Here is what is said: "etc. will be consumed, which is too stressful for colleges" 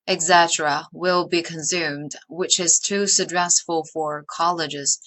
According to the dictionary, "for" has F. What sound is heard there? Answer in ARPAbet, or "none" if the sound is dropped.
F